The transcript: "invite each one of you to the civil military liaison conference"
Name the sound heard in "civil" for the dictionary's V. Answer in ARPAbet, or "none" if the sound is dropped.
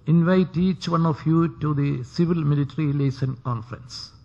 V